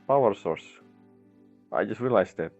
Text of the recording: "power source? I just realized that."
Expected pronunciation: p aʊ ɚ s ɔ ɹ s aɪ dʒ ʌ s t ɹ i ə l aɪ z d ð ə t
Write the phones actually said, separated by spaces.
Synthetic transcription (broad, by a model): p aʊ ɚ s ɔ ɹ s aɪ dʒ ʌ s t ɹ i l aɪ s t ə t